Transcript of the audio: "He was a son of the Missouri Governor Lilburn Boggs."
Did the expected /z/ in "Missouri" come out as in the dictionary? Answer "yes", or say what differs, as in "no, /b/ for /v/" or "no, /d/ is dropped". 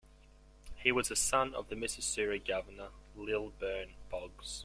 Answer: no, /s/ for /z/